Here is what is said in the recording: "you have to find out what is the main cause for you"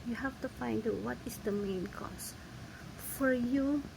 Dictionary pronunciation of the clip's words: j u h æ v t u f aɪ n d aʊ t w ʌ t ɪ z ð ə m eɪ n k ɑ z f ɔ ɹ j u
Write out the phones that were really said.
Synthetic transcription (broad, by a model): j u h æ f t u f aɪ n d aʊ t w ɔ t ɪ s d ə m eɪ n k ɑ s f ɔ ɹ j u